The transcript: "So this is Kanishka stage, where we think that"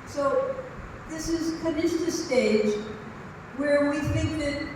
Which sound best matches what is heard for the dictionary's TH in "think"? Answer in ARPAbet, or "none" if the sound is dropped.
TH